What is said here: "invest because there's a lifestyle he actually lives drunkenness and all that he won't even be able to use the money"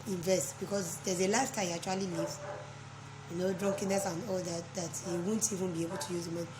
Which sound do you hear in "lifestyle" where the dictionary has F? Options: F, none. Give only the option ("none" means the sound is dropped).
none